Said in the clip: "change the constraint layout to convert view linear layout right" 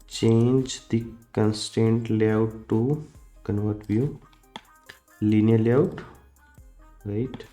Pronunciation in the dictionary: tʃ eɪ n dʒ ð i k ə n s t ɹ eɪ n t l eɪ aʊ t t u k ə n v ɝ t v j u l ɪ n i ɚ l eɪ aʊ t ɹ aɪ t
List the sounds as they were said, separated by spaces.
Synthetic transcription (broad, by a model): tʃ eɪ n dʒ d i k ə n s t eɪ n t l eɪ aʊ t t u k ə n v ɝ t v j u l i n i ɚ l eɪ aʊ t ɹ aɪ t